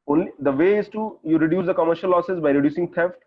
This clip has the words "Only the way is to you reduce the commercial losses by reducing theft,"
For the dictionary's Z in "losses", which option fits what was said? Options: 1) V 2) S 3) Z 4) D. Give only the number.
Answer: 2